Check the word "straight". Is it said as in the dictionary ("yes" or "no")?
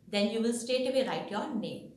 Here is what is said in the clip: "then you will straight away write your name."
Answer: no